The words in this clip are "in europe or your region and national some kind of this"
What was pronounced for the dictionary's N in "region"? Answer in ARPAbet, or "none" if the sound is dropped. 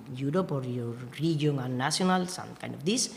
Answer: none